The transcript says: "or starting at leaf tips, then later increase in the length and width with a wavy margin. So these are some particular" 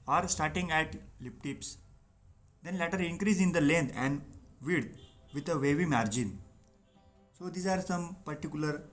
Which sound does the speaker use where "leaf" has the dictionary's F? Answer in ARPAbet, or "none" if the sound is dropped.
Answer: P